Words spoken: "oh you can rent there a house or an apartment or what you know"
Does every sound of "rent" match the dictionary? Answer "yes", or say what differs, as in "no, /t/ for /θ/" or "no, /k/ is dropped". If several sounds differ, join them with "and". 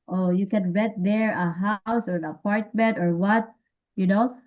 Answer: no, /n/ is dropped